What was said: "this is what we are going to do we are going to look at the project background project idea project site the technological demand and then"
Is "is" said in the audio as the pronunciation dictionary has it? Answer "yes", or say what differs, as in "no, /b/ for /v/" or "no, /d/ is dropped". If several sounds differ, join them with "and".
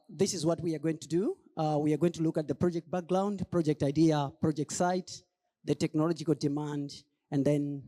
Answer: yes